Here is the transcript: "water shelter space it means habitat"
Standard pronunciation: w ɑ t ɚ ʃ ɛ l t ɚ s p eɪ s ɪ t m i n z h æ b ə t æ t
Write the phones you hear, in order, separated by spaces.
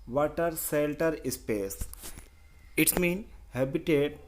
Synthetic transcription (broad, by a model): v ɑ t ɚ s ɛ l t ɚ s p eɪ s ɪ t m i n h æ b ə t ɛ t